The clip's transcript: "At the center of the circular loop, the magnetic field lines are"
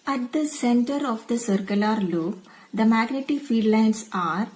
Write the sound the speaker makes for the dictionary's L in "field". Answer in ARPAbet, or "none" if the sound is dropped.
none